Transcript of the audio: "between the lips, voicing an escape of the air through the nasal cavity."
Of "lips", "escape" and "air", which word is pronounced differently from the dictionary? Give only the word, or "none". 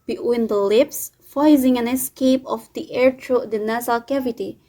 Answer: none